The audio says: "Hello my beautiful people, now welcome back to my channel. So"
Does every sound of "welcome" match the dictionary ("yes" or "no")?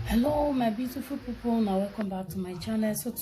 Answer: no